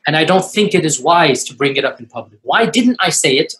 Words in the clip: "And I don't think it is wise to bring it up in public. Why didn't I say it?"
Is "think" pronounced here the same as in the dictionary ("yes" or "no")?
yes